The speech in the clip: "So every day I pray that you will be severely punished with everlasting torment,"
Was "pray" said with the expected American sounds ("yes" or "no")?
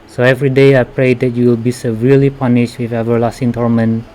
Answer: yes